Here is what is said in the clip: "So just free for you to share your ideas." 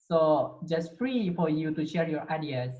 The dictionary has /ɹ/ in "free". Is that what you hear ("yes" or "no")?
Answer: yes